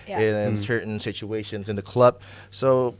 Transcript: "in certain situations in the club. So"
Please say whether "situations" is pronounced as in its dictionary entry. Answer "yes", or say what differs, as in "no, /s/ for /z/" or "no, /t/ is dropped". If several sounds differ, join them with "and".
yes